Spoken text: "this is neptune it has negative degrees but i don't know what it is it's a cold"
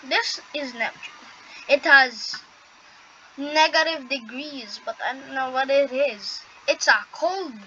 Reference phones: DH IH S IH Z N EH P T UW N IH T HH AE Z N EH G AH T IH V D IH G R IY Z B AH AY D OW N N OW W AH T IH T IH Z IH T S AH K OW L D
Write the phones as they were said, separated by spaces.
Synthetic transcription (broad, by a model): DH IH S IH Z N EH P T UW L IH T HH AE Z N EH G AH T IH V D IH G R IY Z B AH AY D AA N N OW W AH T IH T IH Z IH T S AH K OW L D